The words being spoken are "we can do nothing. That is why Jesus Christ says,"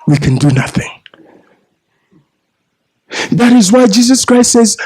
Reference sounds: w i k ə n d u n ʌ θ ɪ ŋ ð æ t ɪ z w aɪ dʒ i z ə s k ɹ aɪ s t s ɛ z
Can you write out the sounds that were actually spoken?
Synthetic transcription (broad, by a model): w i k ə n d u n ʌ θ ɪ ŋ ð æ t ɪ z w aɪ dʒ i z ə s k ɹ aɪ s t s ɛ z